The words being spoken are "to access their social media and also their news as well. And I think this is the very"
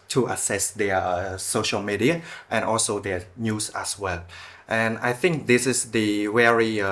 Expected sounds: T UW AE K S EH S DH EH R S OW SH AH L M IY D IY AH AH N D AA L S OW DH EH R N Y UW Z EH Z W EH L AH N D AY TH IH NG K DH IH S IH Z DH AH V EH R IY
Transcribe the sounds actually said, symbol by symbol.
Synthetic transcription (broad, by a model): T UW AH S EH S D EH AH S OW SH AH L M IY D IY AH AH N AA L S OW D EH N Y UW S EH S W EH L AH N AY TH IH NG K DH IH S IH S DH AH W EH R IY